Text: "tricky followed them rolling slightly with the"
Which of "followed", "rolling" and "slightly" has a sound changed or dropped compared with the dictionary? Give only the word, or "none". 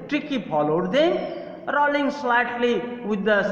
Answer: followed